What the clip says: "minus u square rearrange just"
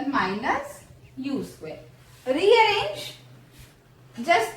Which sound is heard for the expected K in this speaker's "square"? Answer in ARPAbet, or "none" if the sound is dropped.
none